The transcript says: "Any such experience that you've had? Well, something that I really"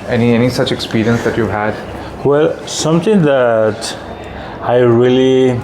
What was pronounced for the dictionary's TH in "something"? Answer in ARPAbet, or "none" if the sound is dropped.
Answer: T